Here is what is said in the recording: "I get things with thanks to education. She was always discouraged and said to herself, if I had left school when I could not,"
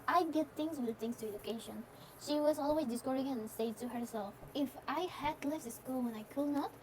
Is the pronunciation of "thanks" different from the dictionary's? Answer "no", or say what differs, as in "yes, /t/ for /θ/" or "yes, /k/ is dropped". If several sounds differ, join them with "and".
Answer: yes, /k/ is dropped